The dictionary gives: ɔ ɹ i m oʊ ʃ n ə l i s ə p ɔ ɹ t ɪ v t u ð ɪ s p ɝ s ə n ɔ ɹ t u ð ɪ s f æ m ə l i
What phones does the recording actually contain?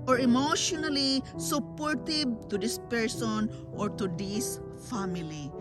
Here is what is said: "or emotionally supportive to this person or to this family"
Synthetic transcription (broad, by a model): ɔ ɹ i m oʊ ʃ n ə l i s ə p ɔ ɹ t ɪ b t u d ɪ s p ɝ s ə n ɔ ɹ t u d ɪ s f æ m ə l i